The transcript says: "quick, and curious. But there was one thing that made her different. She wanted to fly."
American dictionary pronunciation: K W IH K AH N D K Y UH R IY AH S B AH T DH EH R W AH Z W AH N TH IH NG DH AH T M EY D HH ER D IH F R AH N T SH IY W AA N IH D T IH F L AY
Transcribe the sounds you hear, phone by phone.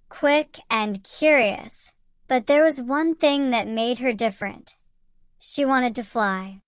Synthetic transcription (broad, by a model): K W IH K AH N K Y UH R IY AH S B AH T DH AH R W AH Z W AH N TH IH NG DH AH T M EY D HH ER D IH F R AH N T SH IY W AA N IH D T IH F L AY